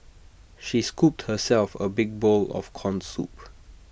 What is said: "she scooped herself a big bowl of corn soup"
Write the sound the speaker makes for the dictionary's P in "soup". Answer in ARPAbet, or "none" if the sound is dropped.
P